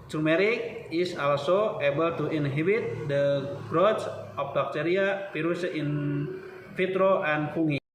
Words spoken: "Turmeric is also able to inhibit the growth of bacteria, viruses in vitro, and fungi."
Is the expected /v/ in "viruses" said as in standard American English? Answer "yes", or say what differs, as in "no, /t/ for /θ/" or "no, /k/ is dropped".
no, /p/ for /v/